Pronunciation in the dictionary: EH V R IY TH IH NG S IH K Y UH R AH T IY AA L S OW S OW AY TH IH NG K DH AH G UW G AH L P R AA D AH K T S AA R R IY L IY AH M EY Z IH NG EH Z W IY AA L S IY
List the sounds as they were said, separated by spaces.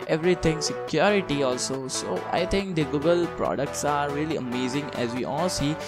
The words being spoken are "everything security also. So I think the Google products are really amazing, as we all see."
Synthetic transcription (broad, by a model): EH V R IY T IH NG S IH K Y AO R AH T IY AA L S OW S OW AY T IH NG K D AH G UW G AH L P R AA D AH K T S AA R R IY L IY AH M EY Z IH NG EH Z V IY AA L S IY